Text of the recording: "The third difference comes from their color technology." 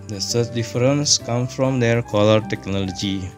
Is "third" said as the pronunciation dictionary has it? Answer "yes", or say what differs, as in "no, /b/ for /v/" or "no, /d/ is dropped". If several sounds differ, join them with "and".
no, /s/ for /θ/